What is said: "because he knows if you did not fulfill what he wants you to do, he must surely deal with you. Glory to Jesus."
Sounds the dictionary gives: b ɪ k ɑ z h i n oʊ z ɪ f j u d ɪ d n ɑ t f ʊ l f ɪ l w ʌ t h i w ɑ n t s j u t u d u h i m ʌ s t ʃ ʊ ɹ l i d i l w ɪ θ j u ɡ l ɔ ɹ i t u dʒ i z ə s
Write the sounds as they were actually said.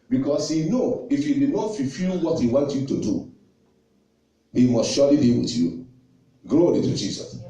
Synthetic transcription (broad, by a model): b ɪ k ɑ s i n oʊ ɪ f j u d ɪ n ɑ t f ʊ f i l w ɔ t h i w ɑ n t j u t u d u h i m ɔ s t ʃ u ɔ l i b i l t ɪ j u ɡ l ɔ ɹ i t u dʒ i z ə s